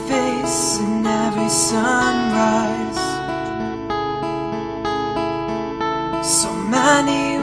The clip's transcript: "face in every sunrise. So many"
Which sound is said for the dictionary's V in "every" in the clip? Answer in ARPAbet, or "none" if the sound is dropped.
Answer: V